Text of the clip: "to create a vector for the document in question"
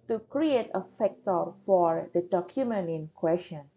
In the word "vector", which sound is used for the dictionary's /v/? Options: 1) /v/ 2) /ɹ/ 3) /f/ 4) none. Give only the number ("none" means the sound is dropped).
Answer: 3